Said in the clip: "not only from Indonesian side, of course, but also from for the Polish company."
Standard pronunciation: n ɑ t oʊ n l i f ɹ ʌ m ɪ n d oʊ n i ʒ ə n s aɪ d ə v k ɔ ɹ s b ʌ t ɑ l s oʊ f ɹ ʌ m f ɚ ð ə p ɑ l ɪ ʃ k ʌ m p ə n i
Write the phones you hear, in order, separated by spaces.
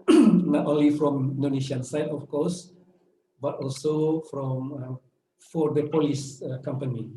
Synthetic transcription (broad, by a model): n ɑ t oʊ n l i f ɹ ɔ m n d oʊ n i ʃ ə n s aɪ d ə f k ɔ s b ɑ t ɑ l s oʊ f ɹ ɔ m f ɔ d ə p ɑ l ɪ s k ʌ m p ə n i